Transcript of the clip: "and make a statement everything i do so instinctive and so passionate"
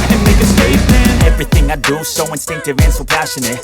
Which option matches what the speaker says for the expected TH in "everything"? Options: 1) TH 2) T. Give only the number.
1